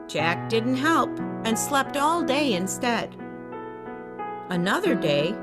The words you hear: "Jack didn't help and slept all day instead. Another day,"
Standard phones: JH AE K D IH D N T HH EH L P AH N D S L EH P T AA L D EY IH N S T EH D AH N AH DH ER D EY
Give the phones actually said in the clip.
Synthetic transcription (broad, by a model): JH AE K D IH D N T HH EH L P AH N S L EH P T AA L D EY IH N S T EH D AH N AH DH ER D EY